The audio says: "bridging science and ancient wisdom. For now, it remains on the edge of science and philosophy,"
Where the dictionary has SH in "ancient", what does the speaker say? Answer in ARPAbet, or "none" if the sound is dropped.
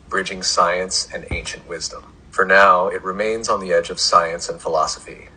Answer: SH